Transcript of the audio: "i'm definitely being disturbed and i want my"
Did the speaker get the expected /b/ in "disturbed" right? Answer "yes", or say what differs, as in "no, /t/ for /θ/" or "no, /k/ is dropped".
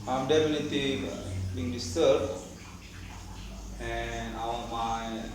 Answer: no, /b/ is dropped